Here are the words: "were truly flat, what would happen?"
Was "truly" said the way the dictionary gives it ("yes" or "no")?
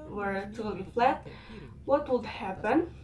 no